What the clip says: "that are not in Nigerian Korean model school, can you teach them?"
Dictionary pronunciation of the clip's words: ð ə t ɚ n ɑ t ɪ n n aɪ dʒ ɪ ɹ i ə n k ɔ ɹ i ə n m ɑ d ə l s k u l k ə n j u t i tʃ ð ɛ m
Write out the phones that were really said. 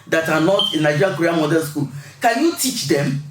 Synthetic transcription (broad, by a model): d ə t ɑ n ɑ t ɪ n n aɪ dʒ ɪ ɹ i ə k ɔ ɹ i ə m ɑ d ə n s k u l k ə n j u t i tʃ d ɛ m